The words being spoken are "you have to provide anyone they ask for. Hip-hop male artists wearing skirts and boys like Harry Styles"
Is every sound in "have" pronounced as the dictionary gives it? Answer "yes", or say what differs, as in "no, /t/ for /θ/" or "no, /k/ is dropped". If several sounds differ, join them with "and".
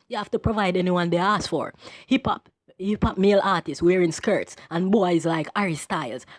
no, /f/ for /v/